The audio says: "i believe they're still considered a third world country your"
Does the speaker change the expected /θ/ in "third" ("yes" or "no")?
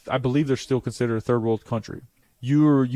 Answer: no